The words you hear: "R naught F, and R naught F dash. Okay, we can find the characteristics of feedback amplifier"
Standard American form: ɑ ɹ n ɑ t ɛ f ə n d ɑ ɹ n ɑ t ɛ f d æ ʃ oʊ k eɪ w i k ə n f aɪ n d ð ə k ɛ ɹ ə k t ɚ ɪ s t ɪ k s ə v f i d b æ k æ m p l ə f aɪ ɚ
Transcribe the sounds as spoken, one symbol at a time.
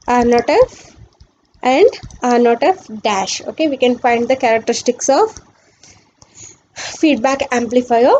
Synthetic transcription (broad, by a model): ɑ ɹ n ɑ t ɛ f ə n d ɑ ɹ n ɑ t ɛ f d æ ʃ oʊ k eɪ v i k ə n f aɪ n d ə k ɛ ɹ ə k t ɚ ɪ s t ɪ k s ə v f i d b æ k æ m p l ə f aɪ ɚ